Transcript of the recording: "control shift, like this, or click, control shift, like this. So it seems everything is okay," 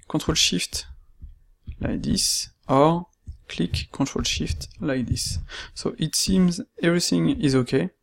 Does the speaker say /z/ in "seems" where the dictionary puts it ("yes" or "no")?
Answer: yes